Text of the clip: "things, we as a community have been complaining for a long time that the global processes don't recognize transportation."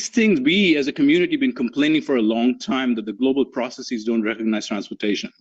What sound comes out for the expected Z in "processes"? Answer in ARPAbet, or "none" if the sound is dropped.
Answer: Z